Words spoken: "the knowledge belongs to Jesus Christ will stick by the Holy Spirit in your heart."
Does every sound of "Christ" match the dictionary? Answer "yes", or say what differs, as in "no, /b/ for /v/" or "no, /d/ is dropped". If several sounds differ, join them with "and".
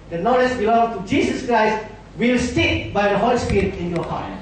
yes